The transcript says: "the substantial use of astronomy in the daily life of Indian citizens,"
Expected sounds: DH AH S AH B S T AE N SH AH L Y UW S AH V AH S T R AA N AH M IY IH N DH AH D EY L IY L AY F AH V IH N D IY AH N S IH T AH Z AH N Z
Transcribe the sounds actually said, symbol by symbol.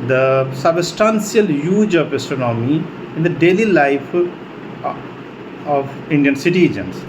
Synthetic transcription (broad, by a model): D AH S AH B S T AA N S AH L Y UW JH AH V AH S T AA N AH M IY IH N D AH D EY L IY L AY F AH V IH N D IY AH N S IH T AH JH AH N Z